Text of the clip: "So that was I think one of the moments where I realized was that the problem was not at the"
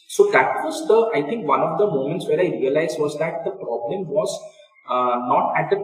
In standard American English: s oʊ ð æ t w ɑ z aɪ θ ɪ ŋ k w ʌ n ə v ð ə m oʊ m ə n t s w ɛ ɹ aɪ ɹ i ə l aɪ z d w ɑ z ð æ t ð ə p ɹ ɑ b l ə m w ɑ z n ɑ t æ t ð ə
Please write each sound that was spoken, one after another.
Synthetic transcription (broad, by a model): s oʊ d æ t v ɑ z aɪ t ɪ ŋ k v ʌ n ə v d ə m oʊ m ə n t s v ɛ ɹ aɪ ɹ i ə l aɪ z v ɑ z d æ t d ə p ɹ ɑ b l ə m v ɑ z n ɑ t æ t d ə